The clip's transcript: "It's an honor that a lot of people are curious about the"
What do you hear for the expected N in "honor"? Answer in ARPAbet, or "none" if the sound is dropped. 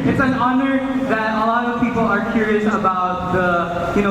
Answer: N